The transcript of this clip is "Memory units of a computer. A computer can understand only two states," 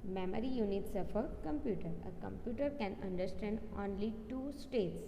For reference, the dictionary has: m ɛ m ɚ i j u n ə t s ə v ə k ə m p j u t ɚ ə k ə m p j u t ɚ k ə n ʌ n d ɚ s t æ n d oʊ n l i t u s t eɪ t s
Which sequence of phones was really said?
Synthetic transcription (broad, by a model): m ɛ m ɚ i j u n ə t s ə f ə k ə m p j u t ɚ ə k ə m p j u t ɚ k ə n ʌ n d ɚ s t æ n d oʊ n l i t u s t eɪ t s